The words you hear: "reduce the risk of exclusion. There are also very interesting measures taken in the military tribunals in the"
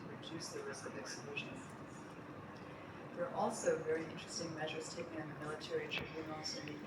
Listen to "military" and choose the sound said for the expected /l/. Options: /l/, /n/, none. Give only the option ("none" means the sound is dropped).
/l/